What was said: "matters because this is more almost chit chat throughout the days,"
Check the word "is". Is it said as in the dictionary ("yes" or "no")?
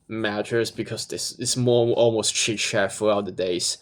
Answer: no